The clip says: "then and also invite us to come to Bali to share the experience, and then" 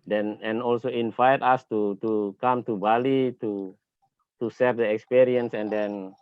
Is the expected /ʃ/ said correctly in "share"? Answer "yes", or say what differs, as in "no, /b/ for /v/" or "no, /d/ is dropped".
no, /s/ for /ʃ/